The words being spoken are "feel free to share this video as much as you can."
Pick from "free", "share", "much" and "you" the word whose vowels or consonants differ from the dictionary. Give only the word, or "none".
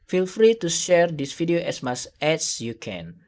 much